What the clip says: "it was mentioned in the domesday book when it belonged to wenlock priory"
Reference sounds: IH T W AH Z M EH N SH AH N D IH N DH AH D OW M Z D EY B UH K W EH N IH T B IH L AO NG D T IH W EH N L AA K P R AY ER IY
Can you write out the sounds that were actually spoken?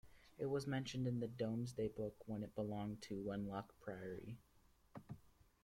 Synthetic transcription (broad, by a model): IH T W AH Z M EH N SH AH N D IH N DH AH D OW M Z D EY B UH K W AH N IH T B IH L AO NG T IH W EH N L AA K P R AY ER IY